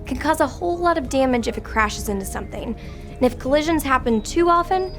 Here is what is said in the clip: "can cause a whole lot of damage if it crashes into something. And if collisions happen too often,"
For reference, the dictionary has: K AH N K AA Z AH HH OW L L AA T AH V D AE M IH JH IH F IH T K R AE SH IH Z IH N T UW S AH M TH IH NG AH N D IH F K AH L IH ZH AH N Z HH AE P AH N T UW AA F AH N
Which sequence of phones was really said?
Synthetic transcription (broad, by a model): K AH N K AA Z AH HH OW L L AA T AH V D AE M IH JH IH F IH T K R AE SH IH Z IH N T UW S AH M TH IH NG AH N IH F K AH L IH ZH AH N Z HH AE P AH N T UW AA F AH N